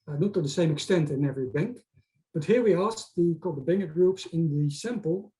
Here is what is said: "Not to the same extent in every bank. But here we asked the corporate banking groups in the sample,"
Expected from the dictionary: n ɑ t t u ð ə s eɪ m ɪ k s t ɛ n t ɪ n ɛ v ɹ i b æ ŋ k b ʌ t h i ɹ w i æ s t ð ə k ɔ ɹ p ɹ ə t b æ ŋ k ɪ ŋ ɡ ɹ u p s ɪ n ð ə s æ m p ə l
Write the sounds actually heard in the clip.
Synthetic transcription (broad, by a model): n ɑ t t u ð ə s eɪ m ɪ k s t ɛ n t ɪ n ɛ v ɹ i b æ ŋ k b ʌ t h i ɹ w i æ s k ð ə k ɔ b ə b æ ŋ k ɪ ɡ ɹ u p s ɪ n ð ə s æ m p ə l